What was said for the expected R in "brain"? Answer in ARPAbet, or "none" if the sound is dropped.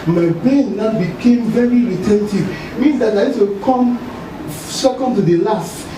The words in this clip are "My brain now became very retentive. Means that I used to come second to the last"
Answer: none